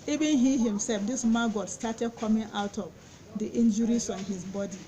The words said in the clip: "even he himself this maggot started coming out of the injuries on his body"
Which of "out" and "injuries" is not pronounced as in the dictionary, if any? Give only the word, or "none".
injuries